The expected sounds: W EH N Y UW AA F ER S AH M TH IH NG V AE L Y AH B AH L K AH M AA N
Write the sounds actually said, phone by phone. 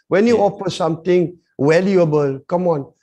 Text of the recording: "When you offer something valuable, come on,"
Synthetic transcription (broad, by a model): W EH N Y UW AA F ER S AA M T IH NG W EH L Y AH B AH L K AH M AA N